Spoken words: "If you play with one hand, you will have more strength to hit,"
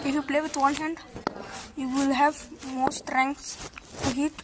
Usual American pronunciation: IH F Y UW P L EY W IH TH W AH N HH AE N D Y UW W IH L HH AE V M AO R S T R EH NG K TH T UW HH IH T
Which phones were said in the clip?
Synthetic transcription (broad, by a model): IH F Y UW P L EY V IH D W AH N HH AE N D Y UW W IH L HH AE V M AO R S T R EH NG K S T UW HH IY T